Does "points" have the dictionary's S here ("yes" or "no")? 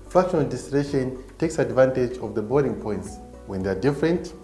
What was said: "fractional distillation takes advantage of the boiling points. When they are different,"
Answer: yes